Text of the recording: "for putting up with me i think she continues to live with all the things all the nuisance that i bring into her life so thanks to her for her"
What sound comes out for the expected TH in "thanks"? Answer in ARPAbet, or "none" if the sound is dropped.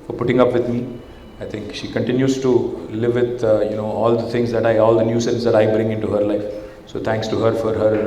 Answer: T